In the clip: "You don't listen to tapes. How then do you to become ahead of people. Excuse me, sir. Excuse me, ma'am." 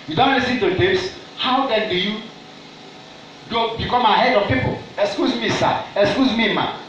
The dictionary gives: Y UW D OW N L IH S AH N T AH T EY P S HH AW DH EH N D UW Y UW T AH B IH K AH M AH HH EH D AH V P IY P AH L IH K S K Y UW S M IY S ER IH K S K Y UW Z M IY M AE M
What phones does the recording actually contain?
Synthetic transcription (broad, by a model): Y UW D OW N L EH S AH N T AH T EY S HH AW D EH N D UW Y UW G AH B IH K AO M AH HH EH D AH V P IY P AH L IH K S K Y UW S M IY S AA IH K S K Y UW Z M IY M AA